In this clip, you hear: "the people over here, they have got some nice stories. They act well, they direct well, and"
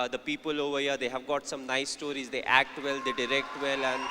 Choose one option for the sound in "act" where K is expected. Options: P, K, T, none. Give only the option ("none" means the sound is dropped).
K